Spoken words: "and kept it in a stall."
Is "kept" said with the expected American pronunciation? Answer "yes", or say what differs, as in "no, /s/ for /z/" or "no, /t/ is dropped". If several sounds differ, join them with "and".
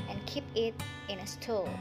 no, /t/ is dropped